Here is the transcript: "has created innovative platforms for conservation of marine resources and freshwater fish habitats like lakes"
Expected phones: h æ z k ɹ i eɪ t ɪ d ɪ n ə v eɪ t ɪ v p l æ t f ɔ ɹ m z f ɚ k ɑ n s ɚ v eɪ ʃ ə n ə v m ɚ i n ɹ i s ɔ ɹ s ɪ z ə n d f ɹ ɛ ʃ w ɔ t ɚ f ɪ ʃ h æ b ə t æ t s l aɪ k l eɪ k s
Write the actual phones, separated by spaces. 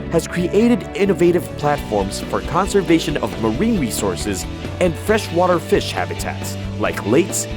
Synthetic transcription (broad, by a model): h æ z k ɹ i eɪ t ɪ d ɪ n ə v eɪ t ɪ v p l æ t f ɔ ɹ m z f ɚ k ɑ n s ɚ v eɪ ʃ ə n ə v m ɚ i n ɹ i s ɔ ɹ s ɪ z ə n d f ɹ ɛ ʃ w ɔ t ɚ f ɪ ʃ h æ b ə t æ t s l aɪ k l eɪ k s